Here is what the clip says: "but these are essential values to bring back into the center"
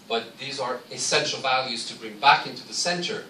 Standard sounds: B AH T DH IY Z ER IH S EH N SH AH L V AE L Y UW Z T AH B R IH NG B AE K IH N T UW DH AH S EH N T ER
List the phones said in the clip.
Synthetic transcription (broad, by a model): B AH T DH IY Z ER IH S EH N SH AH L V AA L Y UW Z T AH B R IH NG B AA K IH N T UW DH AH S EH N T ER